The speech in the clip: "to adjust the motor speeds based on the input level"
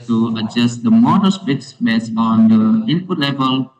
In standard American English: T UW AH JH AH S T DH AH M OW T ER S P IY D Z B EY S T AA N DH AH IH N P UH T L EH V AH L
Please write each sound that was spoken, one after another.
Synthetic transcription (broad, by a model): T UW AH JH AH S T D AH M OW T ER S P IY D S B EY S AA N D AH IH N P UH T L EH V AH L